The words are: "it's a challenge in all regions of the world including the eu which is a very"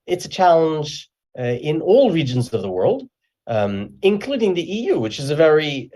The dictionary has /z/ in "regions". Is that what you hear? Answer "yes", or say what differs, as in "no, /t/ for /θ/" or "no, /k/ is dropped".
yes